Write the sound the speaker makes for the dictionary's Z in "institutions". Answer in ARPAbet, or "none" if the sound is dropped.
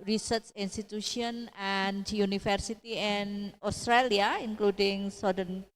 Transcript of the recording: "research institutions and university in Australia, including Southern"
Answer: none